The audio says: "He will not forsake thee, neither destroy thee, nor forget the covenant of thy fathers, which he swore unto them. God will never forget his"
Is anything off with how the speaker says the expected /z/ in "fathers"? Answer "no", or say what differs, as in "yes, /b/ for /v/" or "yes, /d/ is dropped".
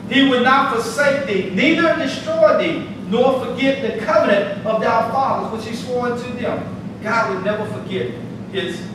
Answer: no